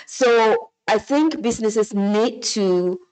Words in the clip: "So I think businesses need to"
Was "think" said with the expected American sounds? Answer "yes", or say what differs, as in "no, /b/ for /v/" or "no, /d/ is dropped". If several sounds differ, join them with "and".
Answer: yes